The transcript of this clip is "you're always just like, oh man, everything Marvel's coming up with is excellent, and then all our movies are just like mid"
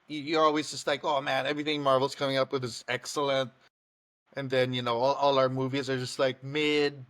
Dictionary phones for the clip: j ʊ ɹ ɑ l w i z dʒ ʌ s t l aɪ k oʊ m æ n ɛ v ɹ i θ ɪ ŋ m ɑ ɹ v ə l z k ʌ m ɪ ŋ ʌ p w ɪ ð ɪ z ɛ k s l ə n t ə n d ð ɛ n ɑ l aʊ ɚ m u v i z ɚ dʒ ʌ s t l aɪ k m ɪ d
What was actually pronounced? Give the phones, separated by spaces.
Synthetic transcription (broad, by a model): j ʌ ɹ ɑ l w i z dʒ ʌ s t l aɪ k oʊ m æ n ɛ v ɹ i θ ɪ ŋ m ɑ ɹ v l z k ʌ m ɪ ŋ ʌ p w ɪ ð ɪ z ɛ k s l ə n t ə n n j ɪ n ɑ l aʊ ɚ m u v i z ɚ dʒ ʌ s t l aɪ k m ɪ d